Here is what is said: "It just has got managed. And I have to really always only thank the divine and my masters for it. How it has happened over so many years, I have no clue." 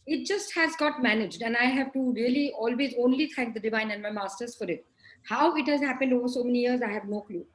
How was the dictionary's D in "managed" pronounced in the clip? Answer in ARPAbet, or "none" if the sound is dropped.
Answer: D